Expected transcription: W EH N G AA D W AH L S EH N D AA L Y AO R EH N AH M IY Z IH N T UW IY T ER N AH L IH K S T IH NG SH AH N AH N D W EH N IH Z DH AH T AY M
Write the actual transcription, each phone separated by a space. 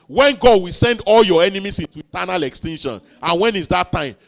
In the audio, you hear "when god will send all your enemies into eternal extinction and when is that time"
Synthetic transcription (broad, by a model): W EH N G AA D W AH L S EH N D AA L Y AO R EH N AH M IY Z IH N T UW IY T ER N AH L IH K S T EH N SH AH N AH N W EH N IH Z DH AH T AY M